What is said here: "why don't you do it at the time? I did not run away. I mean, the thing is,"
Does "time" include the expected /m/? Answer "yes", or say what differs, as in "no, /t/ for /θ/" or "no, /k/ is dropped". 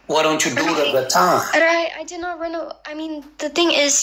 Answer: no, /m/ is dropped